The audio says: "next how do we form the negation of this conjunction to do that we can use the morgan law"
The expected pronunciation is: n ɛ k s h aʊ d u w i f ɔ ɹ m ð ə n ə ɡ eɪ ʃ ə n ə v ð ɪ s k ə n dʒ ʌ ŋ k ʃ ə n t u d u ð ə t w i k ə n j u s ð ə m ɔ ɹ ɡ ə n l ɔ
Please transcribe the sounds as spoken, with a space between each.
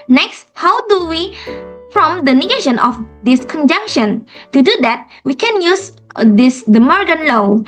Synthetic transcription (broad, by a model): n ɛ k s h aʊ d u w i f ɔ m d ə n ə ɡ eɪ ʃ ə n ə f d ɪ s k ə n dʒ ʌ ŋ k ʃ ə n t u d u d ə t w i k ə n j u s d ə m ɔ ɹ ɡ ə n l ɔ